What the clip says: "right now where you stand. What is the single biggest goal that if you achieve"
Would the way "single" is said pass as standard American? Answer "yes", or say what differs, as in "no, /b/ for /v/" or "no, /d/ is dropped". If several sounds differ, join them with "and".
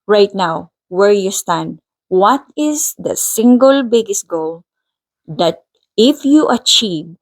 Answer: yes